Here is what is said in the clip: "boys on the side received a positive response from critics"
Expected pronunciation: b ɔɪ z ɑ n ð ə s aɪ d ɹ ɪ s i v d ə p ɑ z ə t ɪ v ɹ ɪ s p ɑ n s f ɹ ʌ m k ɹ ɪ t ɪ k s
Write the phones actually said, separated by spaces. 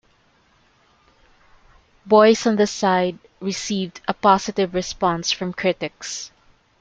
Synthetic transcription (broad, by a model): b ɔɪ s ɑ n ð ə s aɪ d ɹ ɪ s i v d ə p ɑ s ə t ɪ v ɹ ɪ s p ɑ n s f ɹ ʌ m k ɹ ɪ t ɪ k s